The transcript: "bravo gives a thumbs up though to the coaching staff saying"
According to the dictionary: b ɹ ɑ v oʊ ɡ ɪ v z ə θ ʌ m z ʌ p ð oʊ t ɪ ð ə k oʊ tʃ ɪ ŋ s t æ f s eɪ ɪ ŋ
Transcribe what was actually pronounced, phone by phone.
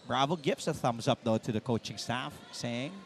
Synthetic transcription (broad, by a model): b ɹ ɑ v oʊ ɡ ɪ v s ə θ ʌ m z ʌ p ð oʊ t ɪ ð ə k oʊ tʃ ɪ ŋ s t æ f s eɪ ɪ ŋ